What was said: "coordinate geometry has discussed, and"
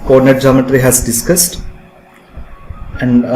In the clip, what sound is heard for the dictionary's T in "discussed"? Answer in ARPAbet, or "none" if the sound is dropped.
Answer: T